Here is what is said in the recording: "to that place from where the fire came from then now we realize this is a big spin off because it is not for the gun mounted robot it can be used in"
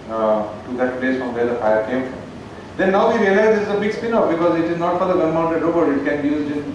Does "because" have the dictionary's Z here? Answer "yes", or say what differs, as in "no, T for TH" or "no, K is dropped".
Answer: yes